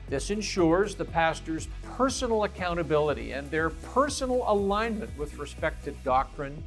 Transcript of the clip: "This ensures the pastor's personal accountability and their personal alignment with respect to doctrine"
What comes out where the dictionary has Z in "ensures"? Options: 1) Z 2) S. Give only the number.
1